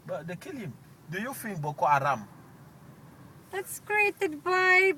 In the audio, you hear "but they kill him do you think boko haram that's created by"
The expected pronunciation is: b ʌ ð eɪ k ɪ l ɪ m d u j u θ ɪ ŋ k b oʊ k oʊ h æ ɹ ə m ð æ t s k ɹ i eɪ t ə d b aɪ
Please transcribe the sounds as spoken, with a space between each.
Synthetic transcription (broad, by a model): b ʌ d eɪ k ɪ l ɪ m d u j u f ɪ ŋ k b oʊ k oʊ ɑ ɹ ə m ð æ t s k ɹ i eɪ t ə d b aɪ